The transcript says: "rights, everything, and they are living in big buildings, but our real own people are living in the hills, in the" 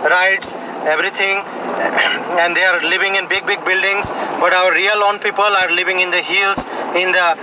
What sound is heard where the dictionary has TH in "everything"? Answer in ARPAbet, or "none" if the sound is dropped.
T